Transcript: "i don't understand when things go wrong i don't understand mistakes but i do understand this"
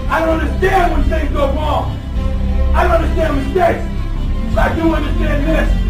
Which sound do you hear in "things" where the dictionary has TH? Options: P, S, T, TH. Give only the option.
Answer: S